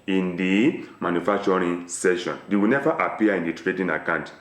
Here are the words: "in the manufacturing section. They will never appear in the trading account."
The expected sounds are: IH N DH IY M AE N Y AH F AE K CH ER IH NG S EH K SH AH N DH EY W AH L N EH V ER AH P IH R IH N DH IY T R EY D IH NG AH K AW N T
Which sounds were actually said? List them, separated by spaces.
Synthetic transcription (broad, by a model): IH N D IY M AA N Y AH F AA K CH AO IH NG S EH SH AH N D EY W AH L N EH V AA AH P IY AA IH N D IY T R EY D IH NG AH K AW N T